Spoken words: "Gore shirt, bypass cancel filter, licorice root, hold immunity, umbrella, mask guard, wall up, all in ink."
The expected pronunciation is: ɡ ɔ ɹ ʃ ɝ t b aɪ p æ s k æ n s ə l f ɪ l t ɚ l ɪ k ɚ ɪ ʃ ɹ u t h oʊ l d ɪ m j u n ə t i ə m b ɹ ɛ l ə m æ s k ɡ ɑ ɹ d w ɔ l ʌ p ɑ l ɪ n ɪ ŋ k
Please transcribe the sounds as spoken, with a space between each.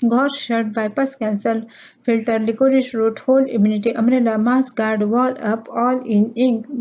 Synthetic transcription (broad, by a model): ɡ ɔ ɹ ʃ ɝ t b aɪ p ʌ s k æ n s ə l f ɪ l t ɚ l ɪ k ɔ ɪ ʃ ɹ u t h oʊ l ɪ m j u n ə t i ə m ɹ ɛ l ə m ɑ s ɡ ɑ ɹ d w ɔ l ʌ p ɑ l ɪ n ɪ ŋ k